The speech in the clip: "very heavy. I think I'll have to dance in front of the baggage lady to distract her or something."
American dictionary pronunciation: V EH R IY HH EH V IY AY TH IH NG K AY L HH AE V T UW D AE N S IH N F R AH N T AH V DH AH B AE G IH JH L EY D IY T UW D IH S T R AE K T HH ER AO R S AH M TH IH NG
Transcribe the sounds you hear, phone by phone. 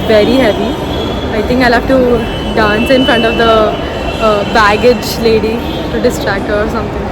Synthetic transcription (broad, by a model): V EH R IY HH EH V IY AY T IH NG K AY L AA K T UW D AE N S IH N F R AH N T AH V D AH B AE G IH JH L EY D IY T UW D IH S T R AE K T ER AO R S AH M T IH NG